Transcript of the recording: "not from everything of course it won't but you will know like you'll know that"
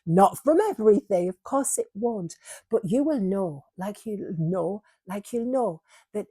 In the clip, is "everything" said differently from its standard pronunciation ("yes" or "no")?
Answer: no